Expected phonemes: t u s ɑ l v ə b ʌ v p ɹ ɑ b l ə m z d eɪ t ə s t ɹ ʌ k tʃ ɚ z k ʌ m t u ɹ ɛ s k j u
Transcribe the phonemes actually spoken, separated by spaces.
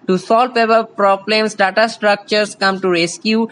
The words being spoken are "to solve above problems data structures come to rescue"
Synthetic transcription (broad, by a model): t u s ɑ l p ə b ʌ p ɹ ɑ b l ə m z d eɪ t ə s t ɹ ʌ k tʃ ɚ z k ʌ m t u ɹ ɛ s k j u